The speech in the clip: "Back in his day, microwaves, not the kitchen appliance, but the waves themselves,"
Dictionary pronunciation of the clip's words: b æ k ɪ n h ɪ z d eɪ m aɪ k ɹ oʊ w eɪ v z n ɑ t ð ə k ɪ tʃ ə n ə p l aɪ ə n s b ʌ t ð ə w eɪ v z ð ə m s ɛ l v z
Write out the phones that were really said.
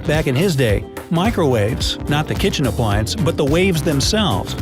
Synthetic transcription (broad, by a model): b æ k ɪ n ɪ z d eɪ m aɪ k ɹ oʊ w eɪ v z n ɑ t ð ə k ɪ tʃ ə n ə p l aɪ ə n s b ʌ t ð ə w eɪ v z ð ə m s ɛ l v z